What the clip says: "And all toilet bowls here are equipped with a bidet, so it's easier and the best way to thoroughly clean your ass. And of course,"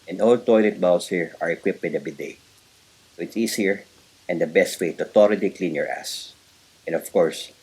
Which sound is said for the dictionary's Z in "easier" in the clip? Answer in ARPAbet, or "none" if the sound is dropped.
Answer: S